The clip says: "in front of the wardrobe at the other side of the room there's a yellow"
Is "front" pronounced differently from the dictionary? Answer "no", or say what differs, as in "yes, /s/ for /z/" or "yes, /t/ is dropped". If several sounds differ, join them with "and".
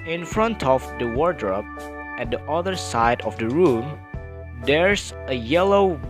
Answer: no